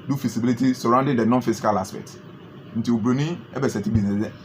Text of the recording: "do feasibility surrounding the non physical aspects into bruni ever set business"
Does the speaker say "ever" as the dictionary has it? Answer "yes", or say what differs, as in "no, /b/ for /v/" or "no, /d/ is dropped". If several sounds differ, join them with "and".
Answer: no, /b/ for /v/